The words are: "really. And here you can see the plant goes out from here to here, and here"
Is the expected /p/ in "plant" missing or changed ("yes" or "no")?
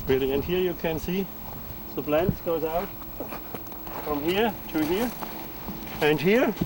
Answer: yes